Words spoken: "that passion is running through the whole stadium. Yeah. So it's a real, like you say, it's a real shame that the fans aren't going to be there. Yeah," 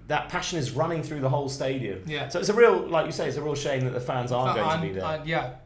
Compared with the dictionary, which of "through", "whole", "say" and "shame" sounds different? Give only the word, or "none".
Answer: none